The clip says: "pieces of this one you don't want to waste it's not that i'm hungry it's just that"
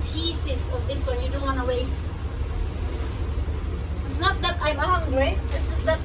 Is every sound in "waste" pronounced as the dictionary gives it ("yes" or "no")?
no